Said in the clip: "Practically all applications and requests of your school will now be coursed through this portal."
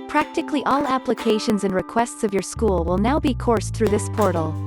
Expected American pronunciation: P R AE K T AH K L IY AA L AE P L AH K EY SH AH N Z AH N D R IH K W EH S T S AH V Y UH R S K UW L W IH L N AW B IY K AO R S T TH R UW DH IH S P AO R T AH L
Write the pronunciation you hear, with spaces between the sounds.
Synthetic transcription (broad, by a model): P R AE K T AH K L IY AA L AE P L AH K EY SH AH N Z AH N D R IH K W EH S T S AH V Y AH R S K UW L W IH L N AW B IY K AO R S TH R UW DH IH S P AO R T L